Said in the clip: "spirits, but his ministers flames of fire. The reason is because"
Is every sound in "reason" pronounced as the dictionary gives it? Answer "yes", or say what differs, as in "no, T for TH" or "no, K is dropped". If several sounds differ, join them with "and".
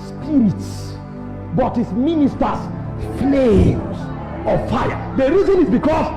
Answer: yes